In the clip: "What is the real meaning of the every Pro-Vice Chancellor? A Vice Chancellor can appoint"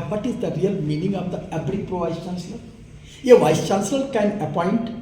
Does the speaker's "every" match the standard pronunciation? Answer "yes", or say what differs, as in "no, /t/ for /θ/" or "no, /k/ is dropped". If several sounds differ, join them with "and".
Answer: no, /b/ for /v/